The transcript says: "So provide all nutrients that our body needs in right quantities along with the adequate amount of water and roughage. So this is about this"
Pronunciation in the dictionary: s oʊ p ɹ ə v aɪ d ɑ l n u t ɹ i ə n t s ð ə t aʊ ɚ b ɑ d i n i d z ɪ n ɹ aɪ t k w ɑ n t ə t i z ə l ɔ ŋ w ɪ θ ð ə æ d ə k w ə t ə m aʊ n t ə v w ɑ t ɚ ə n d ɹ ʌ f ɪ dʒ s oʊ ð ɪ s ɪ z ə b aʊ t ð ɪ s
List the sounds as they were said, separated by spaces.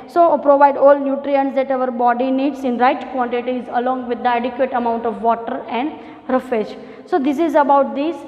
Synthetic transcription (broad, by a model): s oʊ p ɹ ə v aɪ d ɑ l n u t ɹ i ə n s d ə t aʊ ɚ b ɑ d i n i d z ɪ n ɹ aɪ t k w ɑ n t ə t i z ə l ɔ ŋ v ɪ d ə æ d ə k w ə t ə m aʊ n t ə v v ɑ t ɚ ə n d ɹ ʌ f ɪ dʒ s oʊ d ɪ s ɪ z ə b aʊ t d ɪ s